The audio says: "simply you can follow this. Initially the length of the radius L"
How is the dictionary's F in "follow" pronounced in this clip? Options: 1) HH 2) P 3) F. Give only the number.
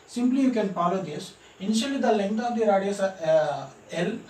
2